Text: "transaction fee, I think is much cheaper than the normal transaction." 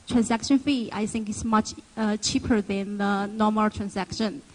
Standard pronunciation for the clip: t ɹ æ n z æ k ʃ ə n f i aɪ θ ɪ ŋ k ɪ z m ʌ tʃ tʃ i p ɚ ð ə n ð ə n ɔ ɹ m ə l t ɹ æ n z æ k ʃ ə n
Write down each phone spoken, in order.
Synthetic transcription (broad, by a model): t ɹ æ n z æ k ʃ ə n f i aɪ θ ɪ ŋ k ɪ s m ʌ tʃ tʃ i p ɚ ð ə n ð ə n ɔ m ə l t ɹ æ n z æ k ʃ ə n